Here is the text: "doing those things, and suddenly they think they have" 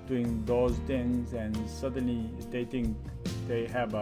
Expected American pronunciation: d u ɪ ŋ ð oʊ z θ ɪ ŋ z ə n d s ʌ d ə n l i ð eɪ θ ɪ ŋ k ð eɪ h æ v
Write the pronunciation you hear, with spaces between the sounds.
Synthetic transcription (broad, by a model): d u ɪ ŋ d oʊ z t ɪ ŋ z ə n s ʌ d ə n l i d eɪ t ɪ ŋ k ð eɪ h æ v